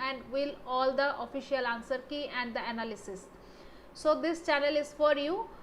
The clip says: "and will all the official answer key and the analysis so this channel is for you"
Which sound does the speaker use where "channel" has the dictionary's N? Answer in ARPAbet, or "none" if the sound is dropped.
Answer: N